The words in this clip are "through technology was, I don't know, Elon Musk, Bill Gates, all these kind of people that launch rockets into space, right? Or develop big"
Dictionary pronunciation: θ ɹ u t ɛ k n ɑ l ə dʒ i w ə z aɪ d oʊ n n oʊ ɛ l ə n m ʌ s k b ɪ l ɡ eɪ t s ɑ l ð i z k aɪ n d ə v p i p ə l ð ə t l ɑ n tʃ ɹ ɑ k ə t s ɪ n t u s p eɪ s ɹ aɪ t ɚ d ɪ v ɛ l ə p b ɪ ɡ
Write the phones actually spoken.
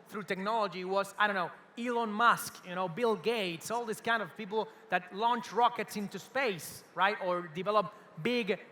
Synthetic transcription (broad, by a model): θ ɹ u t ɛ k n ɑ l ə dʒ i w ə z aɪ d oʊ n n oʊ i l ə n m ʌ s k b ɪ l ɡ eɪ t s ɑ l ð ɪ s k aɪ n d ə v p i p l ð ə t l ɑ n tʃ ɹ ɑ k ə t s ɪ n t u s p eɪ s ɹ aɪ t ɚ d ɪ v ɛ l ə p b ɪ ɡ